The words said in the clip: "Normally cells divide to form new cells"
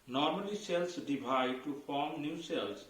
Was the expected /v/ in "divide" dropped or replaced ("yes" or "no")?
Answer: yes